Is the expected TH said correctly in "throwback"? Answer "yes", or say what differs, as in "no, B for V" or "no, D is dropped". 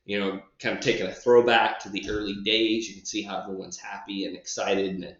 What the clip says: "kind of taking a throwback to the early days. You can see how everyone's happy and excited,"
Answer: yes